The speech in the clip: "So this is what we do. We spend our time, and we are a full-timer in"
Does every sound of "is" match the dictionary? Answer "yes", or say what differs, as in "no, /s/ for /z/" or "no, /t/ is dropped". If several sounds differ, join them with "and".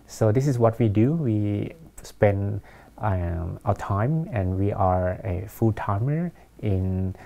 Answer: no, /s/ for /z/